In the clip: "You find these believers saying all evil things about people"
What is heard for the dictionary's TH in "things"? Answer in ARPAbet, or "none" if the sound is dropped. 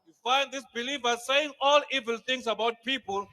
T